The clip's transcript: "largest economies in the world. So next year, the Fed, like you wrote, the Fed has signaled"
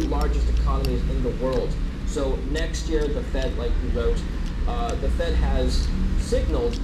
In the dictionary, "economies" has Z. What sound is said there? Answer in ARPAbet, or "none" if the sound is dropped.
Z